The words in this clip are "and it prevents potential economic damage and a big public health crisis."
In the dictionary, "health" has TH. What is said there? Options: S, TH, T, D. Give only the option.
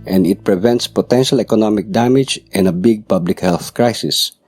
TH